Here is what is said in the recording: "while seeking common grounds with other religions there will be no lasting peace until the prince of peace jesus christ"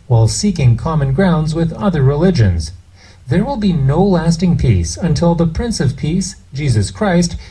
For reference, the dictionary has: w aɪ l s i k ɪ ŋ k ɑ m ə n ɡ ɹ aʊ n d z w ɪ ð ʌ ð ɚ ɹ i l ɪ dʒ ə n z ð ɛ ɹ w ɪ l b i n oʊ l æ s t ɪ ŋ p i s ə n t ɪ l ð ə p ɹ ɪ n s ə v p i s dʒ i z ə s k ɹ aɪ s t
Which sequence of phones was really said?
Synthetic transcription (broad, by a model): w aɪ l s i k ɪ ŋ k ɑ m ə n ɡ ɹ aʊ n d z w ɪ ð ʌ ð ɚ ɹ i l ɪ dʒ ə n z ð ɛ ɹ w ɪ l b i n oʊ l æ s t ɪ ŋ p i s ə n t ɪ l ð ə p ɹ ɪ n s ə v p i s dʒ i z ə s k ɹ aɪ s t